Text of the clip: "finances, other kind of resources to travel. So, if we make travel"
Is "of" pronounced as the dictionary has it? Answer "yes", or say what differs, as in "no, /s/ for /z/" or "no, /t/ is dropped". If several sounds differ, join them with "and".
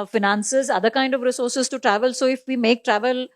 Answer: yes